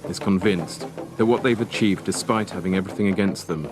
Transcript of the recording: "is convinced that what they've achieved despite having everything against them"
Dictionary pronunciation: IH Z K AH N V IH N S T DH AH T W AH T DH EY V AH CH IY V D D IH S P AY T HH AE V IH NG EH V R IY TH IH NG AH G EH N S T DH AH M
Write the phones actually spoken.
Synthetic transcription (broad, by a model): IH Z K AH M V IH N S DH AH T W AH T DH EY V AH CH IY V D D IH S P AY T HH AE V IH NG EH V R IY TH IH NG AH G EH N S T DH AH M